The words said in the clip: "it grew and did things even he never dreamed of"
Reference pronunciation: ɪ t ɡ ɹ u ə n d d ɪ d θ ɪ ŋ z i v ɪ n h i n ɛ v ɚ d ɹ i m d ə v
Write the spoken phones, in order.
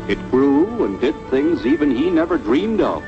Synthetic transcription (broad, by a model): ɪ t ɡ ɹ u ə n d d ɪ d θ ɪ ŋ z i v ɪ n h i n ɛ v ɚ d ɹ i m d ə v